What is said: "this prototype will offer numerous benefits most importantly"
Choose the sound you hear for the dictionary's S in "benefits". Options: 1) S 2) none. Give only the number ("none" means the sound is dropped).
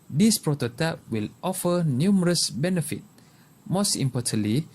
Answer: 2